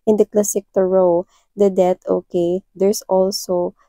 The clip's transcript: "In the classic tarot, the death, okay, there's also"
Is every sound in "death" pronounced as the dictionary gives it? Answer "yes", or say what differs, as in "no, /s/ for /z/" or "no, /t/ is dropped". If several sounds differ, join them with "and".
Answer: no, /t/ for /θ/